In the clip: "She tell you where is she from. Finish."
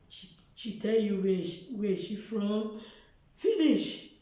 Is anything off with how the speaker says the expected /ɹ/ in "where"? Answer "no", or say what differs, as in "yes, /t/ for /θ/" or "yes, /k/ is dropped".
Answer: yes, /w/ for /ɹ/